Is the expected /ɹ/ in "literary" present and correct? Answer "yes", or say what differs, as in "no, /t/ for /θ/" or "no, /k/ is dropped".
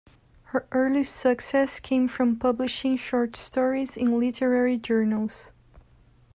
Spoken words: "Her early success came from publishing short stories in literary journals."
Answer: yes